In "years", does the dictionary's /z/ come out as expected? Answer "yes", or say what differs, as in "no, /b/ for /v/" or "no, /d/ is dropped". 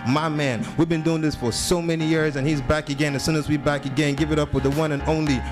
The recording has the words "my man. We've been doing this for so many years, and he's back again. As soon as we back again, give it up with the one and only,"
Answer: yes